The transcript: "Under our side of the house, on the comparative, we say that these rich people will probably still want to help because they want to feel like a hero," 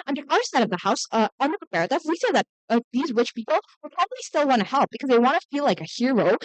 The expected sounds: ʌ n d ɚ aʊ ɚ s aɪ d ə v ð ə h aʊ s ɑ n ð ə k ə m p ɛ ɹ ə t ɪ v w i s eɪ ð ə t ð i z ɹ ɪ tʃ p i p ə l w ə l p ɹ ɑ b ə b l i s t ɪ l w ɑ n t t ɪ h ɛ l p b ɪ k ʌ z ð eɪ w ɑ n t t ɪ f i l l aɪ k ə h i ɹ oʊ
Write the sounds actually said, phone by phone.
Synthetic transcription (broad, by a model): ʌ n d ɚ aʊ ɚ s aɪ d ə v ð ə h aʊ s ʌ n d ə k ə p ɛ ɹ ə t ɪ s w i s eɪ ð ə t ð i z ɹ ɪ tʃ p i p l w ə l p ɹ ɑ b ə b l i s t ɪ l w ɑ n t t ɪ h ɛ l p b ɪ k ʌ z ð eɪ w ɑ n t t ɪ f i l l aɪ k ə h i ɹ oʊ